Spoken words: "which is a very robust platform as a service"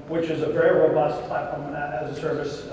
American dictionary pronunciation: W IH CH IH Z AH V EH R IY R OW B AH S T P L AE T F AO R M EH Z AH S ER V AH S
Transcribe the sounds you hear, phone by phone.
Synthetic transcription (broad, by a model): W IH CH IH Z AH V EH R IY R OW B AH S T P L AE T F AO R M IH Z AH S ER V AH S